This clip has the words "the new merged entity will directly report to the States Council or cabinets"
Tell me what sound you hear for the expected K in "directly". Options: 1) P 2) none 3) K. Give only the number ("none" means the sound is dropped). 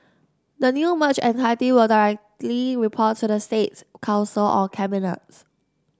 3